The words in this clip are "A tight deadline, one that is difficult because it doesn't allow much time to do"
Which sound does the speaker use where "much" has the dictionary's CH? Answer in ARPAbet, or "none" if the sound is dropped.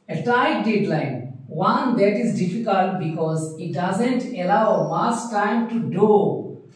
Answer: S